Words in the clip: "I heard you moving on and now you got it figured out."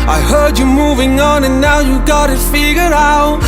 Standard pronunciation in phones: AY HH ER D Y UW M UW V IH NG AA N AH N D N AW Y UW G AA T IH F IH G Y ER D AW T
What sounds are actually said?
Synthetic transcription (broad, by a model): AY HH ER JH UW M UW V IH NG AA N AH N N AW Y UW G AA T IH F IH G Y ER AW T